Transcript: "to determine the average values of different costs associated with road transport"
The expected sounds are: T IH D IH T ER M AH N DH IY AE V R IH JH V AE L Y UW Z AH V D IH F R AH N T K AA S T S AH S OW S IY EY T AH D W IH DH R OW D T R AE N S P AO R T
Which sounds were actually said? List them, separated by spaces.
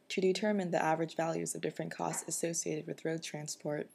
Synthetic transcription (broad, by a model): T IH D IH T ER M AH N DH IY AE V R IH JH V AE L Y UW Z AH V D IH F R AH N K AA S T S AH S OW S IY EY T AH D W IH DH R OW D T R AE N S P AO R T